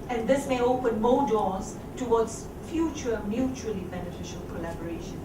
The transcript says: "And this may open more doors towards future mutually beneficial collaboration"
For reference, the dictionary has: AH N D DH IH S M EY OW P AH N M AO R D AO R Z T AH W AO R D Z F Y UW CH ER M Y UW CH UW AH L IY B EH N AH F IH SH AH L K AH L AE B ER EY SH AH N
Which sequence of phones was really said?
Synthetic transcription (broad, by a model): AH N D IH S M EY OW P AH N M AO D AO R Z T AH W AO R D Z F Y UW CH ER M Y UW CH UW AH L IY B EH N AH F IH SH AH L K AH L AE B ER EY SH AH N